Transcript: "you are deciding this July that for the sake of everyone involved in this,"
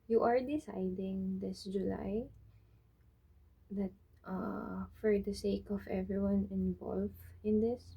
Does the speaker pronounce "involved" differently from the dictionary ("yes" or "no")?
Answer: yes